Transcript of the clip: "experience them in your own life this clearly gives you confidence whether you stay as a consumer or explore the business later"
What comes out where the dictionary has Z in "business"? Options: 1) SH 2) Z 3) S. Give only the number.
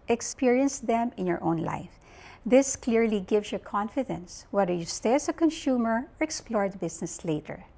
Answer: 3